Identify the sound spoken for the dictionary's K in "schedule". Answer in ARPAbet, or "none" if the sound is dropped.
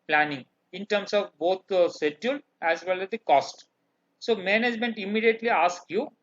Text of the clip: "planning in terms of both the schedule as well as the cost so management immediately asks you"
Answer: none